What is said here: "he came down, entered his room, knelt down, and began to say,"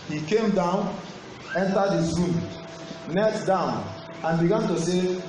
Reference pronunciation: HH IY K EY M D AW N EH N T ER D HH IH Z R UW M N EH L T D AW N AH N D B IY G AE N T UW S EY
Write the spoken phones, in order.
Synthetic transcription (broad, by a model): HH IY K EY M D AW N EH N T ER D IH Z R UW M N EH T D AW N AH N B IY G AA N T UW S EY